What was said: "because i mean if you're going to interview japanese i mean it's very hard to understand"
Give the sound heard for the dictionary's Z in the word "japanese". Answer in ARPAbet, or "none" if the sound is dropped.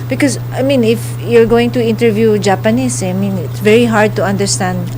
S